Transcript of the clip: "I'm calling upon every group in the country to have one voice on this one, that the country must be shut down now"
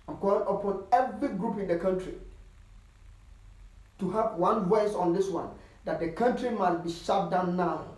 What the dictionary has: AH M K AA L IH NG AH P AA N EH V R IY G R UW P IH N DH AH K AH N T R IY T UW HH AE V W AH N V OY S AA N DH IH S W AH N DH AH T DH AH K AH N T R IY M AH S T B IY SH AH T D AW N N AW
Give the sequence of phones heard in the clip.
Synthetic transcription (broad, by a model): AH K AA IH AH P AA N EH V R IY G R UW P IH N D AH K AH N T R IY T UW HH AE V W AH N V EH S AA N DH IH S W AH N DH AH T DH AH K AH N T R IY M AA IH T B IY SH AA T D AW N N AW